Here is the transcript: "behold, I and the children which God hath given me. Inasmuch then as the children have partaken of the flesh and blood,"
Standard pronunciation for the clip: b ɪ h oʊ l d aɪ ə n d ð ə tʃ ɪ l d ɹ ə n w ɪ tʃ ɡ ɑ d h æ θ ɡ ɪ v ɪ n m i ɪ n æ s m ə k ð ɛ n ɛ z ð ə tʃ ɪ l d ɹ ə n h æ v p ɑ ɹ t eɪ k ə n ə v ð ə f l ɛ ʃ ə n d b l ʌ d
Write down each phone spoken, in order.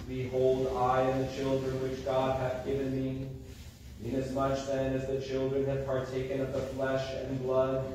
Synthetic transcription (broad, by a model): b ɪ h oʊ l d aɪ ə n ð ə tʃ ɪ l d ɹ ə n w ɪ tʃ ɡ ɑ d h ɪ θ ɡ ɪ v ɪ n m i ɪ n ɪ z m ə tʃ ð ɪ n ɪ z ð ə tʃ ɪ l d ɹ ə n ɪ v p ɑ ɹ t eɪ k ə n ə v ð ə f l ɛ ʃ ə n b l ʌ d